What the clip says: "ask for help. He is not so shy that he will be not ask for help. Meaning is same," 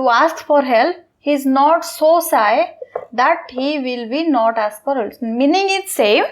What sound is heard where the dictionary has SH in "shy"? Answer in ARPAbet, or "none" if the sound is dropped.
S